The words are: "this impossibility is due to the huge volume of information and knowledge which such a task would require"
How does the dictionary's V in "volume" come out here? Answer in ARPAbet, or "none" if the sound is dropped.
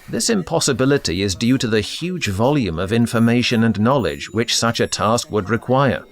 V